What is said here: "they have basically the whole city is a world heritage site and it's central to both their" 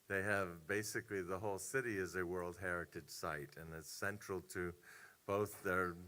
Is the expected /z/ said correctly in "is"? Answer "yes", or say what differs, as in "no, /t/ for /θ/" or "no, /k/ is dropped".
yes